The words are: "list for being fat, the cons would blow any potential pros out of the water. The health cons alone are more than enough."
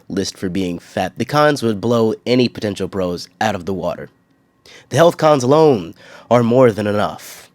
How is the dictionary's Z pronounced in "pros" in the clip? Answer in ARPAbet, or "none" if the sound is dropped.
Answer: Z